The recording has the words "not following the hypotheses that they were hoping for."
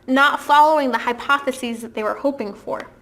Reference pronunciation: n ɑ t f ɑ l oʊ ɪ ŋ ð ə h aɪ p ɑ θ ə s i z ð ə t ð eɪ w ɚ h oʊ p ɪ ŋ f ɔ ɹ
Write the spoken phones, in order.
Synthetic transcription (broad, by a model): n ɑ t f ɑ l oʊ ɪ ŋ ð ə h aɪ p ɑ θ ə s i z ð ə t ð eɪ w ɚ h oʊ p ɪ ŋ f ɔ ɹ